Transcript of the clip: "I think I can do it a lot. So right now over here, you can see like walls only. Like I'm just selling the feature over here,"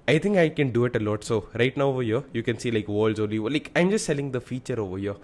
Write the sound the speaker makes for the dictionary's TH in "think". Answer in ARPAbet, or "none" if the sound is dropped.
T